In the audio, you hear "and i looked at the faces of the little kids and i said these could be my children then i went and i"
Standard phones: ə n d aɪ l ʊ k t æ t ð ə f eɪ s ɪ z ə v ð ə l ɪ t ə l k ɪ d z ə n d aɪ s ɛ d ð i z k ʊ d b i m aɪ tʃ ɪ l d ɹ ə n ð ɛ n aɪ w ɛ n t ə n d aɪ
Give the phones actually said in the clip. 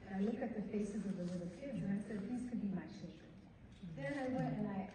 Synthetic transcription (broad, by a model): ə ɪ l ʊ k ɪ t ð ə f eɪ s ɪ z ə v ð ə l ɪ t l k ɪ d z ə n aɪ s ɛ d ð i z k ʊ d b i m aɪ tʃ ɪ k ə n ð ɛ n aɪ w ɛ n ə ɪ